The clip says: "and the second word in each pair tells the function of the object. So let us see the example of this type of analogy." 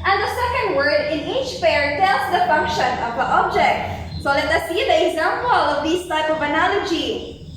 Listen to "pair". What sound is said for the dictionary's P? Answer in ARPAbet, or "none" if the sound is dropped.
F